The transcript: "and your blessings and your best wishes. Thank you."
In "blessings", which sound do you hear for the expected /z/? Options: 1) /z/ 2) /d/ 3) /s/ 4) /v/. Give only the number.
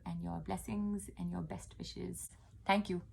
1